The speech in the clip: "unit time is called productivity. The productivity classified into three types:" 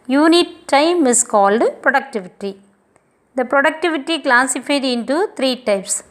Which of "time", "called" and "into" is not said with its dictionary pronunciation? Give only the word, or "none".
none